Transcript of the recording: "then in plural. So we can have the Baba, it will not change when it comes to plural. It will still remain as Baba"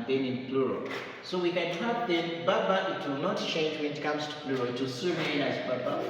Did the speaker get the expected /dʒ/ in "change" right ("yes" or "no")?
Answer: yes